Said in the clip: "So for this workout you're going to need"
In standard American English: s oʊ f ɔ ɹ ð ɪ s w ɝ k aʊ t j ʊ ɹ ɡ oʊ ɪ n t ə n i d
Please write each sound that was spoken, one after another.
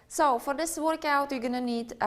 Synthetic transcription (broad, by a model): s oʊ f ɔ ɹ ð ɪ s w ɝ k aʊ t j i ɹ ɡ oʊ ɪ n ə n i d